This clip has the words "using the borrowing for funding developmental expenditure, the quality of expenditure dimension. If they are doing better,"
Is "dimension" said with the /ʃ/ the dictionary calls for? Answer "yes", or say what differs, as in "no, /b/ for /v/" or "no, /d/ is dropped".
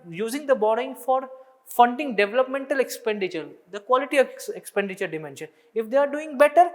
yes